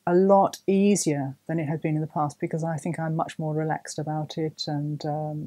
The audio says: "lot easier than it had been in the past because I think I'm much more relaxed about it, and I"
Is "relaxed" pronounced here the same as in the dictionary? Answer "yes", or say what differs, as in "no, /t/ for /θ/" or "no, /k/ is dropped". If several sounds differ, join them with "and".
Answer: yes